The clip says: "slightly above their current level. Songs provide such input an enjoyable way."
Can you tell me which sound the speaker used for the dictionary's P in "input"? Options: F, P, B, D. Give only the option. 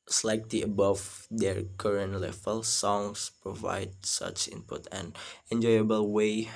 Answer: P